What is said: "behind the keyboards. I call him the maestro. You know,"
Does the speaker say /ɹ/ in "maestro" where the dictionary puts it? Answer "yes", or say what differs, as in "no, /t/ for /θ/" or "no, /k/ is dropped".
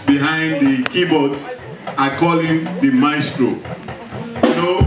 yes